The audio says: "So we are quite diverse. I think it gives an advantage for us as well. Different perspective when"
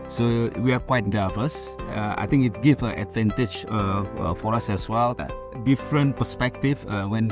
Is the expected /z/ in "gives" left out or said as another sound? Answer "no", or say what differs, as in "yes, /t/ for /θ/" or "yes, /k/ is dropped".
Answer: yes, /z/ is dropped